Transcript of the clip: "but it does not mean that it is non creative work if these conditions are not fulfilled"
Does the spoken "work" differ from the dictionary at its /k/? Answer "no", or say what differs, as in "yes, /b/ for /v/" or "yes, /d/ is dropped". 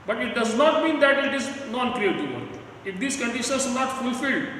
yes, /k/ is dropped